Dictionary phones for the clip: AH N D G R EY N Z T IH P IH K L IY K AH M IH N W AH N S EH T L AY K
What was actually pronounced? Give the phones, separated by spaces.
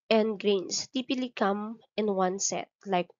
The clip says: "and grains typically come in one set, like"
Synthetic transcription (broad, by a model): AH N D G R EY N S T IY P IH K L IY K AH M IH N W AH N S EH T L AY K